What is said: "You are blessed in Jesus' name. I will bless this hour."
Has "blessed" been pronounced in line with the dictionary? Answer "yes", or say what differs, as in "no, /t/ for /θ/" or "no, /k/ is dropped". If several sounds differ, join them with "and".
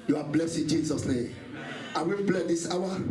no, /t/ is dropped